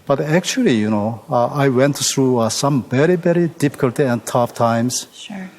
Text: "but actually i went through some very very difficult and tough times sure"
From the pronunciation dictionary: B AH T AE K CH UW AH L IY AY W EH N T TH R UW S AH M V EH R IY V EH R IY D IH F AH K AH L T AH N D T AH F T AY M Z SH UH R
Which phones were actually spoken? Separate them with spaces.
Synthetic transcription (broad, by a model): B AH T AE K CH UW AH N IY AY W EH N T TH R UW S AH M V EH R IY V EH R IY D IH F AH K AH L T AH N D T AH F T AY M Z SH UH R